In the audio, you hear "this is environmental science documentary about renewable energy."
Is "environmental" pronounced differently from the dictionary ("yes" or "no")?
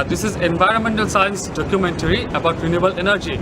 no